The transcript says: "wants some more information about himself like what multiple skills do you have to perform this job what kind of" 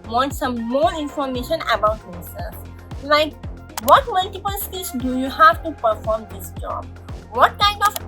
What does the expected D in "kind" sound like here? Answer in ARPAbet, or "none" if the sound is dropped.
none